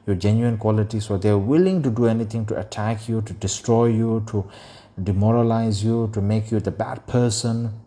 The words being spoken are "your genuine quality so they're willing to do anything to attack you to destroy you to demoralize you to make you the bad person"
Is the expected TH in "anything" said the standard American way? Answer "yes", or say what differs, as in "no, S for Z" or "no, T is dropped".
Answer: no, T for TH